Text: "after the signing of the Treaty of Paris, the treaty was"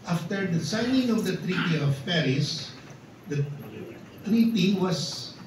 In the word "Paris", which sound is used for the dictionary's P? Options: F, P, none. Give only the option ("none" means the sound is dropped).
P